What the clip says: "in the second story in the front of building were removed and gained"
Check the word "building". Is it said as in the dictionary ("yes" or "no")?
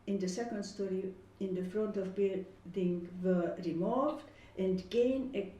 no